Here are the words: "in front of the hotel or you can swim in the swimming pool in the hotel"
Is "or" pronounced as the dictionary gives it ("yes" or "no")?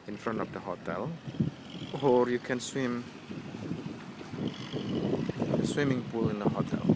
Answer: yes